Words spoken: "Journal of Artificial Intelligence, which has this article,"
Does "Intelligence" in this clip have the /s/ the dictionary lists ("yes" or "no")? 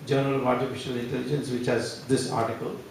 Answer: yes